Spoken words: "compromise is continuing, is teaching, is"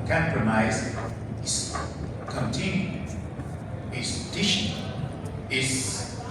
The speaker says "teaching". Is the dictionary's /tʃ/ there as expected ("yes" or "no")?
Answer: no